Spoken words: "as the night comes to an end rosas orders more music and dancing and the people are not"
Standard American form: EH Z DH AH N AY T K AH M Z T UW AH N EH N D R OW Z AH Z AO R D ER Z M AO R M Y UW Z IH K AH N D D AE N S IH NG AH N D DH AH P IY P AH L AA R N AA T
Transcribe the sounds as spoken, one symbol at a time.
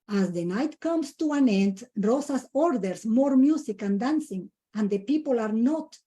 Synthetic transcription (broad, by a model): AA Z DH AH N AY T K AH M S T UW AH N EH N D R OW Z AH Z AO R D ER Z M AO R M Y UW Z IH K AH N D D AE N S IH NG AH N D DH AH P IY P AH L AA R N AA T